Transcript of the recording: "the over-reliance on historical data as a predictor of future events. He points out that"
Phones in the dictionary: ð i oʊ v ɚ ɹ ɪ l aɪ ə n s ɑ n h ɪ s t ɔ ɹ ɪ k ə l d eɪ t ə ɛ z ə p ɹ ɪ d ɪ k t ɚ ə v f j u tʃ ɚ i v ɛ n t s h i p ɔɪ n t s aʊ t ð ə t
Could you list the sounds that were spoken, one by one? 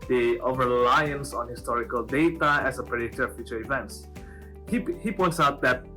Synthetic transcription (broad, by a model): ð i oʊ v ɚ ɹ l aɪ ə n s ɑ n h ɪ s t ɔ ɹ ɪ k ə l d eɪ t ə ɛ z ə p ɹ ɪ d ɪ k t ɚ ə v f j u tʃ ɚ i v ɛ n t s h i p ɔɪ n t s aʊ t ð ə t